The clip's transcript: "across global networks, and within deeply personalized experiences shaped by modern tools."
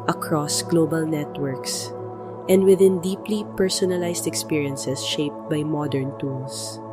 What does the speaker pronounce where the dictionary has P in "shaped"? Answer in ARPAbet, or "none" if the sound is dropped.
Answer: P